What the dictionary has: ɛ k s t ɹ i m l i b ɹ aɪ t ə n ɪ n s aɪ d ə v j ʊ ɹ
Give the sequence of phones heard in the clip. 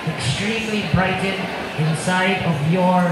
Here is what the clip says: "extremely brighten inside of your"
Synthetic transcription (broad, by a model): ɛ k s t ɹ i m l i b ɹ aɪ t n ɪ n s aɪ d ə v j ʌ ɹ